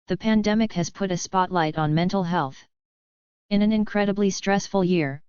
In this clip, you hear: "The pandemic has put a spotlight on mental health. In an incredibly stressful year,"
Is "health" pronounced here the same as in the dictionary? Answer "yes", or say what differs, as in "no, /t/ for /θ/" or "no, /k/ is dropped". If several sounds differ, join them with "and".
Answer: yes